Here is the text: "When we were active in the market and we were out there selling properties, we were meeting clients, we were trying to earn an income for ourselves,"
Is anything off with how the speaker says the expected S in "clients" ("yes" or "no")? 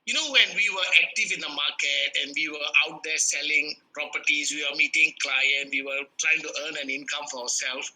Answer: yes